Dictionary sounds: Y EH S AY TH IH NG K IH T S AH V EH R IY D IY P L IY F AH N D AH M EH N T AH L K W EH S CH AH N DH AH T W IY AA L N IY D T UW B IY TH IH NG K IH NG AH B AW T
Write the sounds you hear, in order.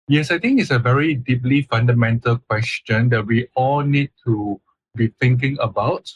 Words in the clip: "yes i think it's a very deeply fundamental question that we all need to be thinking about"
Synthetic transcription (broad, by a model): Y EH S AY T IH NG K IH T S AH V EH R IY D IY P L IY F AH N D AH M EH N T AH L K W EH S CH AH N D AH T W IY AA L N IY D T UW B IY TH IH NG K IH NG AH B AW T